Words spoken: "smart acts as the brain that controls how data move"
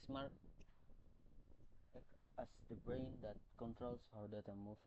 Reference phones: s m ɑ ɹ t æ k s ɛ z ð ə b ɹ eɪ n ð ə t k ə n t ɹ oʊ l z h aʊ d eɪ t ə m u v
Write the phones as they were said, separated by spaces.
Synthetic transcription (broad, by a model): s m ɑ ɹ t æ s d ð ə b ɹ eɪ n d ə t k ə n t ɹ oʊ l s h aʊ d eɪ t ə m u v